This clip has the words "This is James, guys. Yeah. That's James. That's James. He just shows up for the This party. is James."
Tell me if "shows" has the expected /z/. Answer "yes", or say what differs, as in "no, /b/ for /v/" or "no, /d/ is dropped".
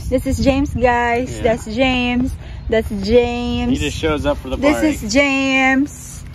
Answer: yes